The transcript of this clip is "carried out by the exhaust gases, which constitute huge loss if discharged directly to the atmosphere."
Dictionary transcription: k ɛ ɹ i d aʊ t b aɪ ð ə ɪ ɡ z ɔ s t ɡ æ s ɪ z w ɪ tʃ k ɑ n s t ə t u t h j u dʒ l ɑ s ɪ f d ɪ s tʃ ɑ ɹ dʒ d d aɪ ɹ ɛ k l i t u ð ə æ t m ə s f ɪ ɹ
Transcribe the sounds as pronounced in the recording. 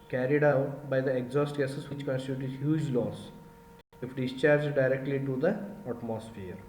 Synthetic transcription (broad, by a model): k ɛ ɹ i d aʊ t b aɪ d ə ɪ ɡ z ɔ s t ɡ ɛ s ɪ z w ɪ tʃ k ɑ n s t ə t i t h j u dʒ l ɑ s ɪ f d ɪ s tʃ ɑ ɹ dʒ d d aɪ ɹ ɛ k l i t u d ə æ t m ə s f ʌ ɹ